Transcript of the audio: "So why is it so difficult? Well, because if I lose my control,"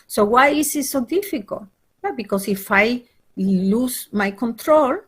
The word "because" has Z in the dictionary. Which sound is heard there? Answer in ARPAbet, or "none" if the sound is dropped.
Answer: S